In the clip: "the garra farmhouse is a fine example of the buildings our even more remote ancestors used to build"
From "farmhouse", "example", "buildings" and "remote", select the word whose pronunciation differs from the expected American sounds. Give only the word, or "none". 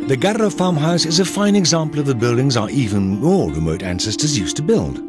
none